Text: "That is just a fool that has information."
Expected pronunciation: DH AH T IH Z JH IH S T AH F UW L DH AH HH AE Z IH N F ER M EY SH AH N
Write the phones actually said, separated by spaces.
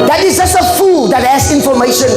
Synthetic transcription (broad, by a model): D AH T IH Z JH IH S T AH F UW L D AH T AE S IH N F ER M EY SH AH N